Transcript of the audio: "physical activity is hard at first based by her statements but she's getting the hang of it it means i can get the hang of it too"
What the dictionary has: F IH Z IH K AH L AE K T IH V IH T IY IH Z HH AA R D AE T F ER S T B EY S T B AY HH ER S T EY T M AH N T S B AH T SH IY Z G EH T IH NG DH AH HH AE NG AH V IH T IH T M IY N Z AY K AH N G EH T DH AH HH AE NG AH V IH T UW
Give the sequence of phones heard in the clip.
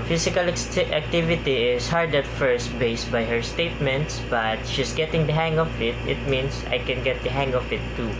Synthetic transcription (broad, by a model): F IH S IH K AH L AE K T IH V IH T IY IH S HH AA R D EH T F ER S T B EY S T B AY HH ER S T EY T M AH N T S B AH T SH IY S G EH T IH NG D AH HH AE NG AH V IH T IH T M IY N S AY K AH N G EH T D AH HH AE NG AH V IH T UW